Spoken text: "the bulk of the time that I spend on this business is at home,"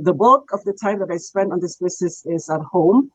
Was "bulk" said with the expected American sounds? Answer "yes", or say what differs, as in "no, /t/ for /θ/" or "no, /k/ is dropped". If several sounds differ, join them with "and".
no, /l/ is dropped